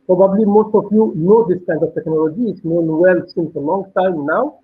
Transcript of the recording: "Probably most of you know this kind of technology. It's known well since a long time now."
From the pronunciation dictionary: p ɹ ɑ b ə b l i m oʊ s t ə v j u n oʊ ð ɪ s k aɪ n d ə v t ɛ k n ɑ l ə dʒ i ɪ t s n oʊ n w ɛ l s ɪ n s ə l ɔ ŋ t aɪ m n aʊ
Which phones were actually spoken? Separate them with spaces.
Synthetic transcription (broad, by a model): p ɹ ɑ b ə b l i m oʊ s t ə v j u n oʊ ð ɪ s k aɪ n d ə v t ɛ k n ɑ l ə dʒ i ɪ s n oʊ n w ɛ l s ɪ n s ə l ɔ ŋ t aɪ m n aʊ